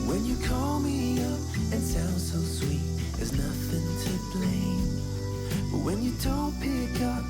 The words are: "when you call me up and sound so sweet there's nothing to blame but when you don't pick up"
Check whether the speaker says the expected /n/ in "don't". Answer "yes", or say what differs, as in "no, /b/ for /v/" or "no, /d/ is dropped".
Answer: no, /l/ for /n/